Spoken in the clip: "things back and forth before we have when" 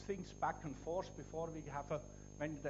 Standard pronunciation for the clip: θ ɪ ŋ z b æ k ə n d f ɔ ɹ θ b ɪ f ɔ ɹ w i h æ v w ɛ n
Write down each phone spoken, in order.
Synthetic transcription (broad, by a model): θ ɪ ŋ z b æ k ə n f ɔ ɹ s b ɪ f ɔ ɹ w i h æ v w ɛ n